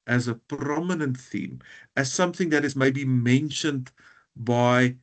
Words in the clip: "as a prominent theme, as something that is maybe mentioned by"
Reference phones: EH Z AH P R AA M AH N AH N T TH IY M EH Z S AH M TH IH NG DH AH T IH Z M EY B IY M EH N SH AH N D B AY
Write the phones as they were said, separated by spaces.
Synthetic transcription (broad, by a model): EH Z AH P R AA M AH N AH N T TH IY M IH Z S AH M TH IH NG DH AH T IH Z M EY B IY M EH N SH AH N D B AY